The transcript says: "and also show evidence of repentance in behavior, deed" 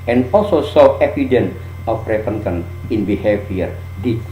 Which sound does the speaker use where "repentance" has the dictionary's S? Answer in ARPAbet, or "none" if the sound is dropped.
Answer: none